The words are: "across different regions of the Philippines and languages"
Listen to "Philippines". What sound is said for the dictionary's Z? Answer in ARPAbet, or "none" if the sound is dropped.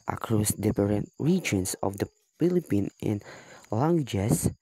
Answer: none